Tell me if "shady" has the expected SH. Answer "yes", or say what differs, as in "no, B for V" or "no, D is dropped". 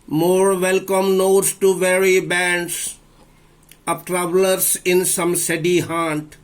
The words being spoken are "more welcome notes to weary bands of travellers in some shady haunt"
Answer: no, S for SH